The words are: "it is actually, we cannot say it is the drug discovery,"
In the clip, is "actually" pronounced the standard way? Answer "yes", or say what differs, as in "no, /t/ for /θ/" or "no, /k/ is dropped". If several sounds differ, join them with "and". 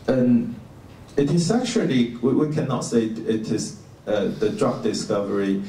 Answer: no, /w/ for /l/